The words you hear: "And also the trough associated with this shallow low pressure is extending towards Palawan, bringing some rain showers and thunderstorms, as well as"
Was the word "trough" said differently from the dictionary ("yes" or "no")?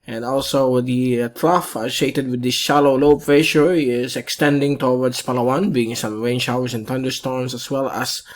no